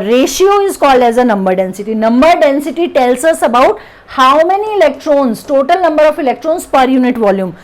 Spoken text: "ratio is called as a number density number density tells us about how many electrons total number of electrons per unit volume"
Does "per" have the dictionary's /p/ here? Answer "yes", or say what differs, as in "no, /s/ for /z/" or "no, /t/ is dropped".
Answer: yes